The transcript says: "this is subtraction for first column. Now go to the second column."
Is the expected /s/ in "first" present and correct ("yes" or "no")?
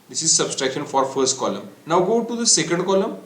yes